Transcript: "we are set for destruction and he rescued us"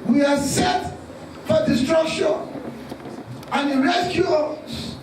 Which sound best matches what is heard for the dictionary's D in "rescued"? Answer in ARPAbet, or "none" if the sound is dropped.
none